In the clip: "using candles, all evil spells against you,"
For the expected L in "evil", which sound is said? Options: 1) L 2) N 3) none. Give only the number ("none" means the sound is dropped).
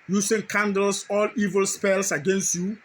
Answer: 1